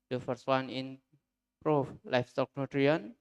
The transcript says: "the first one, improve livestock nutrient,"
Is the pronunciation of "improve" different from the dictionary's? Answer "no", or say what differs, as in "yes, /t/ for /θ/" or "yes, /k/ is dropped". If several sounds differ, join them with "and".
yes, /f/ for /v/